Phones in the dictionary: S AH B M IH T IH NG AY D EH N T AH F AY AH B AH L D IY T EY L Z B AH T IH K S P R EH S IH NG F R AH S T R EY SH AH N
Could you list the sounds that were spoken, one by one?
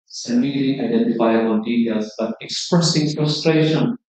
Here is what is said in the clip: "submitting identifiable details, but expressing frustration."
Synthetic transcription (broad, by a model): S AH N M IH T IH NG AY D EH N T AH F AY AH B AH N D IY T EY L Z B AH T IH K S P R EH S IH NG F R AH S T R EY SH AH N